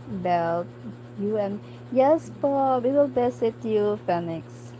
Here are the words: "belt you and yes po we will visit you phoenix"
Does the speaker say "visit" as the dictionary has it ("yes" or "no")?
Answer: no